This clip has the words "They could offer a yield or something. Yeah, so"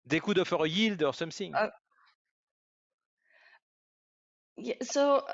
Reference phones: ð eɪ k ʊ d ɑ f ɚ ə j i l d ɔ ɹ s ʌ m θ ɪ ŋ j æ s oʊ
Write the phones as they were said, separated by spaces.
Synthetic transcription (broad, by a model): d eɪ k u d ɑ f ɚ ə j i l d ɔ ɹ s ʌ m s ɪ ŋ j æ s oʊ